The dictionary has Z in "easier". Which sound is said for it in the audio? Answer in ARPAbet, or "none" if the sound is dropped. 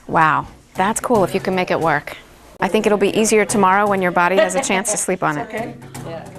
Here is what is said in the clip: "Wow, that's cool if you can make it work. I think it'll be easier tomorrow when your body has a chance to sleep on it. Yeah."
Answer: Z